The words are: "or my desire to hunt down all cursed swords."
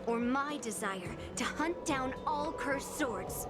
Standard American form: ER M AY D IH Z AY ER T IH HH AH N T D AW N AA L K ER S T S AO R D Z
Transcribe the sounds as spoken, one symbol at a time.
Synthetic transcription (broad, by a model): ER M AY D IH Z AY ER T IH HH AH N D AW N AA L K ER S S AO R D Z